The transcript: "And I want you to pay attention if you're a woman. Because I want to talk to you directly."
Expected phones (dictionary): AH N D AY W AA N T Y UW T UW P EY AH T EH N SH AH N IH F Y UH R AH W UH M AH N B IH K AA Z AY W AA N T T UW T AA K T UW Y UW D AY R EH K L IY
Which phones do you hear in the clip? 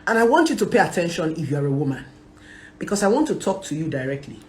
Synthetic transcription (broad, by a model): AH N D AY W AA N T Y UW T UW P EY AH T EH N SH AH N IH F Y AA R AH W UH M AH N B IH K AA S AY W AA N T T UW T AA K T UW Y UW D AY R EH K L IY